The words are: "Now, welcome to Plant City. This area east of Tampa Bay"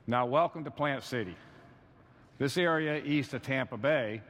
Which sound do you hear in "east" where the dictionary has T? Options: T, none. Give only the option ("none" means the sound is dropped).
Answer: T